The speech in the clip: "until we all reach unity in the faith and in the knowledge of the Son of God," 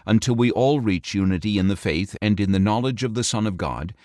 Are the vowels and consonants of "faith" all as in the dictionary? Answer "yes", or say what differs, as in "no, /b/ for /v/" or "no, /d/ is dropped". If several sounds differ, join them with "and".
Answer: yes